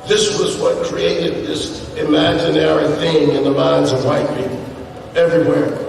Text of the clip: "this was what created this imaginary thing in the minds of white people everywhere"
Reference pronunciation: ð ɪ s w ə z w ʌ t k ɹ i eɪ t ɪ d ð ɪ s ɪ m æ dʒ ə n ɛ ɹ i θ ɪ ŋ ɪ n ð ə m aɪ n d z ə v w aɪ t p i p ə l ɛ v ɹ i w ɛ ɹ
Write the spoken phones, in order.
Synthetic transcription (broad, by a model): ð ɪ s w ə z w ʌ t k ɹ i eɪ t ɪ d ð ɪ s ɪ m æ dʒ ə n ɛ ɹ i θ ɪ ŋ ɪ n ð ə m aɪ n z ə v w aɪ t p i p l ɛ v ɹ i w ɛ ɹ